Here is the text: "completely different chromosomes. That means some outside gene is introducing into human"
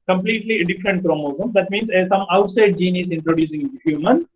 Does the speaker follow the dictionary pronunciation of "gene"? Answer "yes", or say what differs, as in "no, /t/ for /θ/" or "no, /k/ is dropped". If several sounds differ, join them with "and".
yes